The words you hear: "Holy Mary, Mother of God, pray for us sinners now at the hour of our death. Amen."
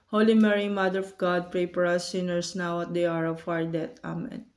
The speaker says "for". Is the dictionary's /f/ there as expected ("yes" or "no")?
no